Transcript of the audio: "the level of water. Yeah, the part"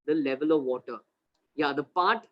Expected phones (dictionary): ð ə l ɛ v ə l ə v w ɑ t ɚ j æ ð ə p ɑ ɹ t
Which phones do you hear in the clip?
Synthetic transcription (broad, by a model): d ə l ɛ v ə l ə v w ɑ t ɚ j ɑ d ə p ɑ ɹ t